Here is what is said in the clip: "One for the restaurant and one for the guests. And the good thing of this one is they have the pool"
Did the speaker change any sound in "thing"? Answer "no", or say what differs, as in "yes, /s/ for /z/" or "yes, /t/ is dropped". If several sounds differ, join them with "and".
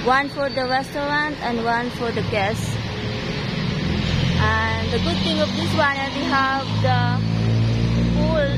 yes, /t/ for /θ/